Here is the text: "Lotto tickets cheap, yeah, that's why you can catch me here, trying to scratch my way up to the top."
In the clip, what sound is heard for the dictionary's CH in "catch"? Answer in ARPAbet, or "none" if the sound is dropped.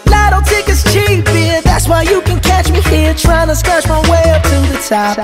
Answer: CH